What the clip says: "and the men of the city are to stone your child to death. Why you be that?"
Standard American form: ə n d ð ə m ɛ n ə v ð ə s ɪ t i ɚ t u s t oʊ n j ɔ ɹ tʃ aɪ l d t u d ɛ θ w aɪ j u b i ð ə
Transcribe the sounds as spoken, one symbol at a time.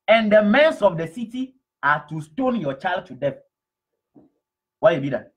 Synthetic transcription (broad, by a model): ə n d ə m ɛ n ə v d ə s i t i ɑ t u s t oʊ n j ɔ tʃ aɪ l d t u d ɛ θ w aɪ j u b i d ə